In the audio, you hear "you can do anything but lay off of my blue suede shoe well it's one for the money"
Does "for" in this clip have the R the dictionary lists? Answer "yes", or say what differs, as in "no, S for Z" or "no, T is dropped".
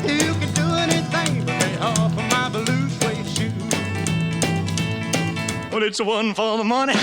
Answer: no, L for R